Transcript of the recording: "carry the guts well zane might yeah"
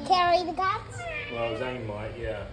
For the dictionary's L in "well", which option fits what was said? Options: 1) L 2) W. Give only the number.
2